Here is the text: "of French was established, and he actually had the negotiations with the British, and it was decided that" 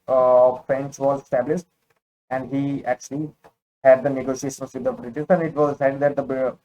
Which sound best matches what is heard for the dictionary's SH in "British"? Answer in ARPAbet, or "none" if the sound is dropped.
S